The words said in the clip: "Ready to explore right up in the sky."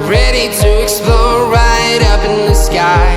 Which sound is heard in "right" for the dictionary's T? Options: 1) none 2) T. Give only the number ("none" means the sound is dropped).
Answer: 2